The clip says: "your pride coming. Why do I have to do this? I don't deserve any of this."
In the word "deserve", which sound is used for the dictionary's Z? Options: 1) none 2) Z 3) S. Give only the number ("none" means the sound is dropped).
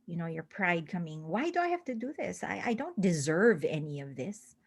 2